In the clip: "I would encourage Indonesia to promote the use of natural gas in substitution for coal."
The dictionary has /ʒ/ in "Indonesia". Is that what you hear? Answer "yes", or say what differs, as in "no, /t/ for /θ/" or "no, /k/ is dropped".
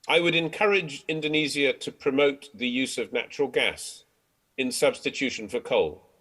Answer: no, /z/ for /ʒ/